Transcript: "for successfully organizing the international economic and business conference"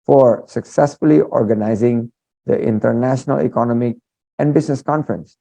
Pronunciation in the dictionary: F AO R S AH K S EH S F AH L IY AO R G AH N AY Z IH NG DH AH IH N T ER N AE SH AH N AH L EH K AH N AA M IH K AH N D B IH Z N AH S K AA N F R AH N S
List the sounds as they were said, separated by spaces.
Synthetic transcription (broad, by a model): F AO R S AH K S EH S F AH L IY AO R G AH N AY Z IH NG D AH IH N T ER N AE SH AH N AH L EH K AH N AA M IH K AH N D B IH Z N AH S K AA N F R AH N S